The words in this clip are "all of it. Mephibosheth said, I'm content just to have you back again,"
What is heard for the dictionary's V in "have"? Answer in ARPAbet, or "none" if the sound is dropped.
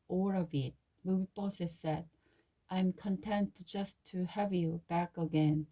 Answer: V